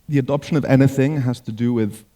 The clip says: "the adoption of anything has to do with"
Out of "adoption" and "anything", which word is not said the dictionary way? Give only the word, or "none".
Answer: none